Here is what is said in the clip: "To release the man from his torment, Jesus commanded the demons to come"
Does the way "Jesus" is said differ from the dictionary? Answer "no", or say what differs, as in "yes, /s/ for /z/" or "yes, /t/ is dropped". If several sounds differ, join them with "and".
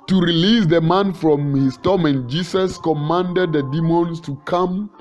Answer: yes, /s/ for /z/